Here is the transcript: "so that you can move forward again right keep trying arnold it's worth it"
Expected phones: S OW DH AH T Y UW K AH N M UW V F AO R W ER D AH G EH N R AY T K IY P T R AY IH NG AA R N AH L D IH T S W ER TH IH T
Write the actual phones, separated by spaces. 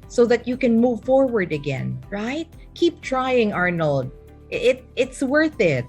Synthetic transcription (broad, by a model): S OW DH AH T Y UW K AH N M UW V F AO R W ER D AH G EH N R AY T K IY P T R AY IH NG AA R N L D IH T S W ER TH IH T